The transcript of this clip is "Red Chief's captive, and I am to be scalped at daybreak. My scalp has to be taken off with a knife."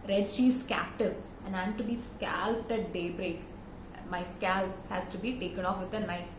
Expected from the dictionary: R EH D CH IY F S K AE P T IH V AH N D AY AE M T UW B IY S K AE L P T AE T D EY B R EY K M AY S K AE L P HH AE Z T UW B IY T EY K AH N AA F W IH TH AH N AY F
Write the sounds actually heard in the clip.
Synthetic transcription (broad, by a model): R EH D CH IY S K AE P T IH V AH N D AY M T UW B IY S K AE L P T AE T D EY B R EY K M AY S K AE L P HH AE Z T UW B IY T EY K AH N AA F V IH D AH N AY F